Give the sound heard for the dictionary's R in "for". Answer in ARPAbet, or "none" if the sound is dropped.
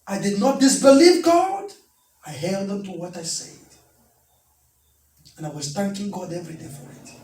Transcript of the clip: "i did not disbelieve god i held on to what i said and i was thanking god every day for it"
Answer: R